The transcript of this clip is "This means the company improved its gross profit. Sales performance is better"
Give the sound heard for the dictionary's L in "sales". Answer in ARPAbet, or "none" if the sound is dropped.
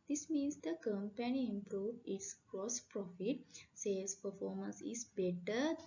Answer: none